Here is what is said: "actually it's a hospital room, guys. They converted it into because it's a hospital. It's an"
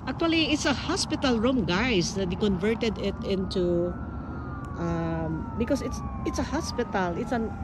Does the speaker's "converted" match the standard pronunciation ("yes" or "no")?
yes